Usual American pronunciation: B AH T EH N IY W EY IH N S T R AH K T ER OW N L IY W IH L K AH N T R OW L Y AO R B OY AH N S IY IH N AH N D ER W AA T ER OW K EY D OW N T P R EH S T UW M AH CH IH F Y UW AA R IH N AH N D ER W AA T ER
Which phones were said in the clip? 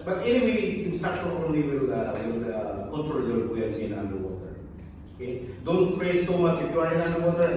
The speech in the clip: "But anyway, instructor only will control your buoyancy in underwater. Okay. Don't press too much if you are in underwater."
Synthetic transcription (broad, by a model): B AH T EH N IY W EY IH N S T AA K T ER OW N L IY W IH L K AH N T R OW L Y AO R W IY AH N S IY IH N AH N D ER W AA T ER OW K EY D OW N T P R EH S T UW M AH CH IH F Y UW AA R IH N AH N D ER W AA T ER